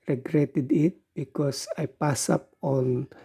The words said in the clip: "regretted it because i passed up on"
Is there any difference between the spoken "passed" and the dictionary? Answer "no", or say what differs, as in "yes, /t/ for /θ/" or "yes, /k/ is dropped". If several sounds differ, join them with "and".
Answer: yes, /t/ is dropped